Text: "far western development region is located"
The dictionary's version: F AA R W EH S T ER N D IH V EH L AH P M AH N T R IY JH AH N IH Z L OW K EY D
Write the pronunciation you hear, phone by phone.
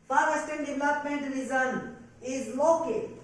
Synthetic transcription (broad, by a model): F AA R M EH S T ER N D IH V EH L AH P M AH N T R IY Z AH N IH Z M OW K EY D